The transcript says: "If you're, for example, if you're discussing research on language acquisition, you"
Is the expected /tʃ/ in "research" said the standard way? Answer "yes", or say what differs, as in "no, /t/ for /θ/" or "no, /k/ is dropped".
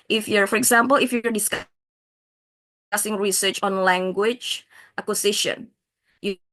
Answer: yes